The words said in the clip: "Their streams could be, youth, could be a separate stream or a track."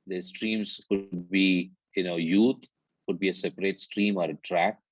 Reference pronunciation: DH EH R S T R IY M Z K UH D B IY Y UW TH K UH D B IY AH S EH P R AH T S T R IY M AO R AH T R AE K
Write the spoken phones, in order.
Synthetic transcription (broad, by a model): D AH S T R IY M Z K UH D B IY Y UW T K UH D B IY AH S EH P R AH T S T R IY M AO R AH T R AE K